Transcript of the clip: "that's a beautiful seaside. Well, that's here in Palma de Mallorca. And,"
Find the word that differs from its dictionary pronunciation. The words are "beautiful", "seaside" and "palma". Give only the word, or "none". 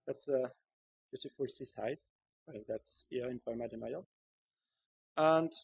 palma